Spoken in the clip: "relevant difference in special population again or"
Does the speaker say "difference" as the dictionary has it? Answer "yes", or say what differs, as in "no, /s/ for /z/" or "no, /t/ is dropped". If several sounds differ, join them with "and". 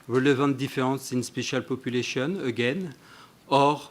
no, /n/ is dropped